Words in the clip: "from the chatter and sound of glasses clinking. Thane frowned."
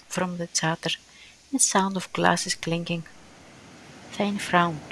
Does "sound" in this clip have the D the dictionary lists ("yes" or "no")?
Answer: yes